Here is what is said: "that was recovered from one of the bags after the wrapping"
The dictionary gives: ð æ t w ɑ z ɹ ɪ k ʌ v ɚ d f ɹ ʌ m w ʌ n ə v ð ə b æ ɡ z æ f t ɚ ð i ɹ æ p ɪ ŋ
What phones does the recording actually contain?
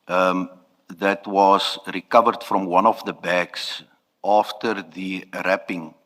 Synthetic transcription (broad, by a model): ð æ t w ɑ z ɹ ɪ k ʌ v ɚ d f ɹ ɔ m w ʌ n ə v ð ə b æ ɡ s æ f t ɚ ð i ɹ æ p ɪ ŋ